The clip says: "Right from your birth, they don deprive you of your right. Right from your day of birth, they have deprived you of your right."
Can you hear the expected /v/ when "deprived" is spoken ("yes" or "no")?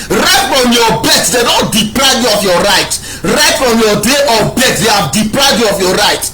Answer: no